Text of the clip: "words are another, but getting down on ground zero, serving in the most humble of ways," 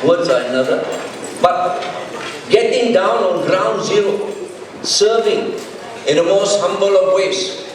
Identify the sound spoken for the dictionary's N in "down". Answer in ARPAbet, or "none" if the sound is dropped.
N